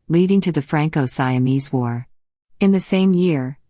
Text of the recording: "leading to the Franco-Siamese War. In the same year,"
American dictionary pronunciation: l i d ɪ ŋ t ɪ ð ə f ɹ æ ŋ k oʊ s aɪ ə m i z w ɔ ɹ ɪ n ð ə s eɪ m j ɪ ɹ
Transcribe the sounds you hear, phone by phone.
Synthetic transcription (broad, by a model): l i d ɪ ŋ t ɪ ð ə f ɹ æ ŋ k oʊ s aɪ ə m i z w ɔ ɹ ɪ n ð ə s eɪ m j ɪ ɹ